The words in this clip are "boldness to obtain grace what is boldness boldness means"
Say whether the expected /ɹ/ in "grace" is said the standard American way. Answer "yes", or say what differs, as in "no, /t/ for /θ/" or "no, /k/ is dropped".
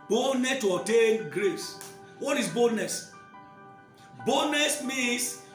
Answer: yes